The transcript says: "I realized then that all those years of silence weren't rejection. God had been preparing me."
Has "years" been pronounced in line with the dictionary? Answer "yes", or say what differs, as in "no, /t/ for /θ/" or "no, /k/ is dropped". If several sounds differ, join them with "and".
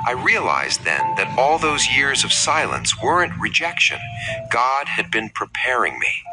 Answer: yes